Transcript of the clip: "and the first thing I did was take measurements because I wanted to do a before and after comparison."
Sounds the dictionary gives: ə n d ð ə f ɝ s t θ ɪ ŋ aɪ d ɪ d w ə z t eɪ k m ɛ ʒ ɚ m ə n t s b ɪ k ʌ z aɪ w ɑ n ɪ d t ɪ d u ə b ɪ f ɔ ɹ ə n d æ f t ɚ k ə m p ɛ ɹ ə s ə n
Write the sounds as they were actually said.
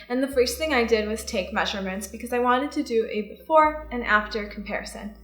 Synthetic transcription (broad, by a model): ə n ð ə f ɝ s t θ ɪ ŋ aɪ d ɪ d w ə z t eɪ k m ɛ ʒ ɚ m ə n t s b ɪ k ʌ z aɪ w ɑ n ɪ d t ɪ d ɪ ə b ɪ f ɔ ɹ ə n æ f t ɚ k m p ɛ ɹ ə s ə n